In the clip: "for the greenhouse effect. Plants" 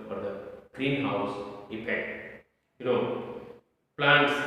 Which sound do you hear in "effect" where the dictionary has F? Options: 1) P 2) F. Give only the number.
1